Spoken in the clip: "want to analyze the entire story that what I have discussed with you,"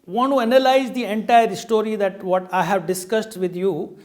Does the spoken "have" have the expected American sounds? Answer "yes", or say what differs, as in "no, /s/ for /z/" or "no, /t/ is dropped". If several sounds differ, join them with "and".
yes